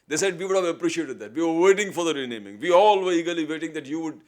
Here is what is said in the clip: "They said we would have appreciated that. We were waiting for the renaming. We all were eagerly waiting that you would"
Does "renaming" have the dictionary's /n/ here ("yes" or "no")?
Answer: yes